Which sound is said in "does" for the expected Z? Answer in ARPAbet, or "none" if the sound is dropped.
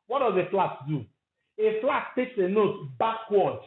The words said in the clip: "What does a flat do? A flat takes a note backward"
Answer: Z